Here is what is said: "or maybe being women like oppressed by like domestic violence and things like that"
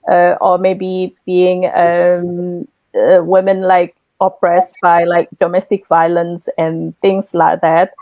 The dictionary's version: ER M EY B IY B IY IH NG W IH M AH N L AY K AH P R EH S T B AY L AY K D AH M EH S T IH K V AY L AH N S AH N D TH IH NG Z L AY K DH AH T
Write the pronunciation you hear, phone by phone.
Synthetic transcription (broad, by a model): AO M EY B IY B IY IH NG W IH M AH N L AY K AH P R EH S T B AY L AY K D AH M EH S T IH K V AY L AH N S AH N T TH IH NG S L AY K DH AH T